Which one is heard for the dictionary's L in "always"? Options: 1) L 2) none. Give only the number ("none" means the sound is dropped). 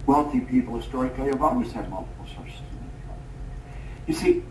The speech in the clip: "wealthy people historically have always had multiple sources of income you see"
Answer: 2